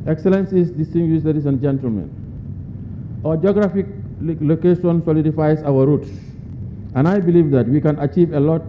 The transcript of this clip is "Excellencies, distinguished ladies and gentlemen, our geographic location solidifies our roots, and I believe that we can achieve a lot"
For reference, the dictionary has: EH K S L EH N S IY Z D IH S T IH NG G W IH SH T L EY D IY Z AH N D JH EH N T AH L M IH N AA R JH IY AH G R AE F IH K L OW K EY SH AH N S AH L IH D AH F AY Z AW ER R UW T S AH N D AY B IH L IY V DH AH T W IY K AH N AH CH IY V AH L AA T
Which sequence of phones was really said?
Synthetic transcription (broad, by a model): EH K S L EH N S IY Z D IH S T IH NG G W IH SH L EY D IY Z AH N JH EH N T AH L M IH N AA JH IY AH G R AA F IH K L OW K EY SH AH N S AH L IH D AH F AY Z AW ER R UW T S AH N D AY B IH L IY V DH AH T W IY K AH N AH CH IY V AH L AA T